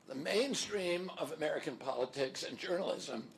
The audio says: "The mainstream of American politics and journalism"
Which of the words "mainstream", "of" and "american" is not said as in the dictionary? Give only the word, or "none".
none